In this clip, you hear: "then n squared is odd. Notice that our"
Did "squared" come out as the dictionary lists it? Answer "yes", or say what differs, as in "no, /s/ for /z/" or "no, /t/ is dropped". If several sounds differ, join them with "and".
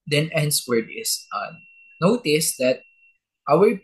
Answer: no, /k/ is dropped